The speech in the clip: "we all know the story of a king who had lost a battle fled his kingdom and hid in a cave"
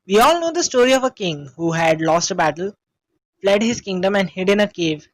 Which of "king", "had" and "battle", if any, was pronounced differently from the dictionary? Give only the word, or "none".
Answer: none